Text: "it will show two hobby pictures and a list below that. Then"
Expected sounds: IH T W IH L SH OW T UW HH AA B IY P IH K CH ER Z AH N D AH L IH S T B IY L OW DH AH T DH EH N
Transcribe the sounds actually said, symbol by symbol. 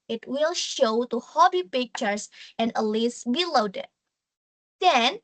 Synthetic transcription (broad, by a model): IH T W IH L SH OW T UW HH AA B IY P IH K CH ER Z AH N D AH L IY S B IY L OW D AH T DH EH N